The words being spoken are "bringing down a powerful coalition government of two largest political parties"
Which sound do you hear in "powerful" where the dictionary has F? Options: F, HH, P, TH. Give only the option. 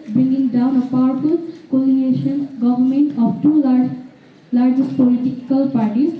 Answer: P